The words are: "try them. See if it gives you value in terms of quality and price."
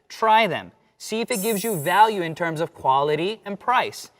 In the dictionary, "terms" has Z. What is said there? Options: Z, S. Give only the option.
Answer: Z